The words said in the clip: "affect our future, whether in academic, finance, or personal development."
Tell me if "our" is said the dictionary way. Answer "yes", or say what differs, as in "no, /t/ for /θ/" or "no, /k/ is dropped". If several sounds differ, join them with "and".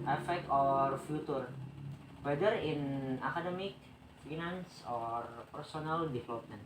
yes